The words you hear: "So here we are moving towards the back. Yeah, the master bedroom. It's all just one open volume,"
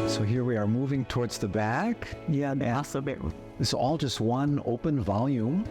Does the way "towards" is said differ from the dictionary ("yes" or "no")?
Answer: no